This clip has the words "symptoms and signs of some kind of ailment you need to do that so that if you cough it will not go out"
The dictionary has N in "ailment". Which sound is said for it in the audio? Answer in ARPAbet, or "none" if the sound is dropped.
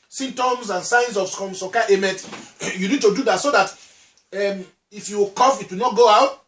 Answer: none